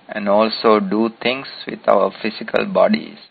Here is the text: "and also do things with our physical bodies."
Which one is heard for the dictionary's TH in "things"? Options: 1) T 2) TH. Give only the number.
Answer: 1